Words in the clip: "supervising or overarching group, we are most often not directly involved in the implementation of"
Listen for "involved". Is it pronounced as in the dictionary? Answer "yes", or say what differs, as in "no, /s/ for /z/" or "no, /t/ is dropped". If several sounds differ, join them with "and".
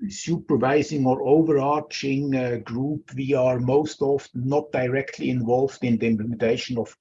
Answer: yes